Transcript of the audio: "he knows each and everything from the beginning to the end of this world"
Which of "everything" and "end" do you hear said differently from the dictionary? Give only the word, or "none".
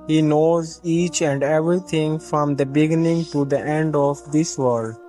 everything